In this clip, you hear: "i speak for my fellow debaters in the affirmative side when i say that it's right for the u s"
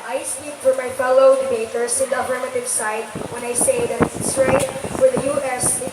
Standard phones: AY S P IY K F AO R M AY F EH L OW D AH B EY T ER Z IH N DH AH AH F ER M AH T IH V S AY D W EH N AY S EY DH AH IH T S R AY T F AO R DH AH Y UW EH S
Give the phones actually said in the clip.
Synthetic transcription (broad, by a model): AY S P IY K F AO R M AY F EH L OW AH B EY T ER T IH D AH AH P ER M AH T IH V S AY D W EH N AY S EY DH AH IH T S R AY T F AO R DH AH Y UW EH S